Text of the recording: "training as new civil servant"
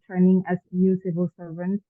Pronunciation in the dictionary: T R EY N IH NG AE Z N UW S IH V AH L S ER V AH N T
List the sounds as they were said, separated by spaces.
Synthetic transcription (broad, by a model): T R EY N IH NG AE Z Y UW S IH V AH L S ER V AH N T